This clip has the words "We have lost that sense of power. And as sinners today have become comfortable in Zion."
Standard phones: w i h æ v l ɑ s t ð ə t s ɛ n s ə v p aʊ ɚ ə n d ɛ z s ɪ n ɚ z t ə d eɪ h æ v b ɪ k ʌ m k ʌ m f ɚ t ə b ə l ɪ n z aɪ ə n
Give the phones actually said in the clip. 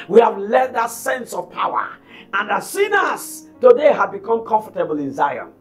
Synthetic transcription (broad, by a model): w i h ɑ v l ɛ t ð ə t s ɛ n s ə v p aʊ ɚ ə n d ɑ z s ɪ n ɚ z t ə d eɪ h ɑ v b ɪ k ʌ m k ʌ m f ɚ t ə b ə l ɪ n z aɪ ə n